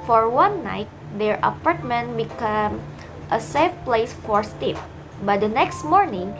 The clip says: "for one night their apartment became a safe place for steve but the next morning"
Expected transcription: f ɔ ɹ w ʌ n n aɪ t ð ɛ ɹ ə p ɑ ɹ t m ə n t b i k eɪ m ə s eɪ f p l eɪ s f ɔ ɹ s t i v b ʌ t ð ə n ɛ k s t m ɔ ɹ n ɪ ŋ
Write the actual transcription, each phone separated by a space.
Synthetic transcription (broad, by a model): f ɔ ɹ w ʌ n n aɪ t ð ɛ ɹ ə p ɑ ɹ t m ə n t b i k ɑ m ə s eɪ f p l eɪ s f ɔ ɹ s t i p b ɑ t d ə n ɛ k s t m ɔ ɹ n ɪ ŋ